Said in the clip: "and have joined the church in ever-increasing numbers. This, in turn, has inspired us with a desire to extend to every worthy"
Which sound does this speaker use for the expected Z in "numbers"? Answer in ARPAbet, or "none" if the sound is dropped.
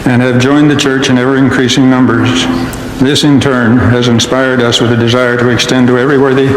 Z